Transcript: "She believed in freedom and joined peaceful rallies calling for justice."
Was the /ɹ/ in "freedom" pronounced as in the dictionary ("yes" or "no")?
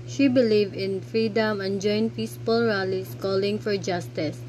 yes